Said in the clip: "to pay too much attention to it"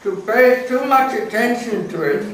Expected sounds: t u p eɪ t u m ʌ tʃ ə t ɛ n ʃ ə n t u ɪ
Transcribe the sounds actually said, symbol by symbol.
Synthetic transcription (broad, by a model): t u p eɪ t u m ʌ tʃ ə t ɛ n s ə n t u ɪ